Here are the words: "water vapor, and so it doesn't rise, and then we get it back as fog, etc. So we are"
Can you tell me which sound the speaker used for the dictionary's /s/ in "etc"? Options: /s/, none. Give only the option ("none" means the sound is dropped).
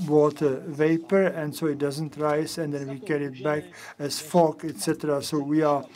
/s/